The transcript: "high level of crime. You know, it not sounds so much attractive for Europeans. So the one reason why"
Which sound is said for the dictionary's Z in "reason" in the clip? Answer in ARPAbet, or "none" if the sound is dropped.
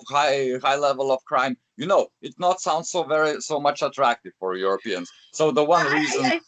Z